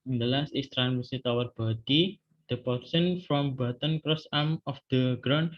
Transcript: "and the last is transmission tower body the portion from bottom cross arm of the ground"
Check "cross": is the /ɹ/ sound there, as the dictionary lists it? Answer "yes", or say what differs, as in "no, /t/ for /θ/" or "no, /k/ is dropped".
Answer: yes